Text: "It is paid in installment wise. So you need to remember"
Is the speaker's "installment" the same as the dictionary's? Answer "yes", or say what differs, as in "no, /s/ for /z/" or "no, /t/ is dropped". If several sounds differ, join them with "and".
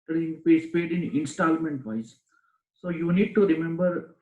yes